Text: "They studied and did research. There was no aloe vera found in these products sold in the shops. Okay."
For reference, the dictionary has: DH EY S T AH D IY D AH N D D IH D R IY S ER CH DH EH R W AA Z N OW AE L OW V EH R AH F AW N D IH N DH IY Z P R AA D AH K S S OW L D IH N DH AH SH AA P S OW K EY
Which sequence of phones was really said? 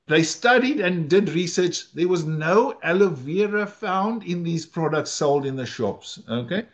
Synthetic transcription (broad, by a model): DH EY S T AH D IY D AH N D D IH D R IY S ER CH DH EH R W AA Z N OW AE L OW V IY R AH F AW N D IH N DH IY Z P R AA D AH K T S OW L D IH N DH AH SH AA P S OW K EY